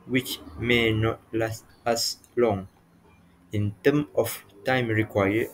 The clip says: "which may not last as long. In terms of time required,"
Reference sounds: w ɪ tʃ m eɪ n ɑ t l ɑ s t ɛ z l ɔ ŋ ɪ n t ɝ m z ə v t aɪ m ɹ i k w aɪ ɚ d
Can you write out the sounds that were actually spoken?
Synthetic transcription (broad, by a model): w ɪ tʃ m eɪ n ɑ t l ɑ s t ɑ s l ɔ ŋ ɪ n t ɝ m ə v t aɪ m ɹ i k w aɪ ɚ